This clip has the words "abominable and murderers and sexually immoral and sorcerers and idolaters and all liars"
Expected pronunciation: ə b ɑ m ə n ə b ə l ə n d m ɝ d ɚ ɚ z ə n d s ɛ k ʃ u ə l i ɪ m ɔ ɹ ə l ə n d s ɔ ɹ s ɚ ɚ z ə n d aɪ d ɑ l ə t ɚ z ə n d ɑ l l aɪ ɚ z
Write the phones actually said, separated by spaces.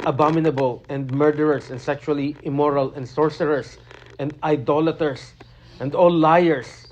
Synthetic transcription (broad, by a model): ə b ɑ m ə n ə b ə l ə n d m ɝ d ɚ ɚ s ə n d s ɛ k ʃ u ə l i ɪ m ɔ ɹ ə l ə n d s ɔ ɹ s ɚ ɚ s ə n d aɪ d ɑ l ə t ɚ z ə n d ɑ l l aɪ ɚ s